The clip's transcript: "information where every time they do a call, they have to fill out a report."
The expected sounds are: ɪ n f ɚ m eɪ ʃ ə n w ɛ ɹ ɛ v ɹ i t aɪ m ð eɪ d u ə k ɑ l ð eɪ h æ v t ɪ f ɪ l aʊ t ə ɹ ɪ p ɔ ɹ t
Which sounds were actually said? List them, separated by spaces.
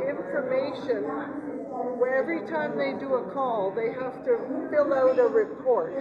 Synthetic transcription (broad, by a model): ɪ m f ɚ m eɪ ʃ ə n w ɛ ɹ ɛ v ɹ i t aɪ m ð eɪ d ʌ ə k ɑ l ð eɪ h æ f t ɪ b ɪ l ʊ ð ə ɹ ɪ p ɔ ɹ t